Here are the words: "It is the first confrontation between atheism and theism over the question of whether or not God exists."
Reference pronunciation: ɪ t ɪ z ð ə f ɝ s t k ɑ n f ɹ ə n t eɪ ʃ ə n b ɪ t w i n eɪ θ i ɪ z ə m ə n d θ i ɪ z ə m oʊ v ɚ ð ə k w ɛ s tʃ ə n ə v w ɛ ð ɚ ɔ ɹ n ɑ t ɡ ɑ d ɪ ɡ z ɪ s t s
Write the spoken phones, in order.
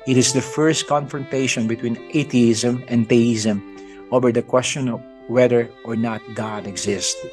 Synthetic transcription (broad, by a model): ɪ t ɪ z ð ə f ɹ s t k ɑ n f ɹ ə n t eɪ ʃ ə n b ɪ t w i n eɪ t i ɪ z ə m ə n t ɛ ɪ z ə m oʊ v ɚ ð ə k w ɛ s tʃ ə n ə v w ɛ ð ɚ ɔ ɹ n ɑ t ɡ ɑ d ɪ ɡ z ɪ s t